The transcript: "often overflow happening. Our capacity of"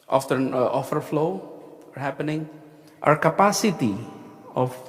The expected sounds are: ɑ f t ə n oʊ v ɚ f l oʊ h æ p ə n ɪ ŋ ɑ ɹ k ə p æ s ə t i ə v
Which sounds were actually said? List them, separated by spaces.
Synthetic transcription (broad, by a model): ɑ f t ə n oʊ f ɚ f l oʊ h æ p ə n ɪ ŋ ɑ ɹ k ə p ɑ s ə t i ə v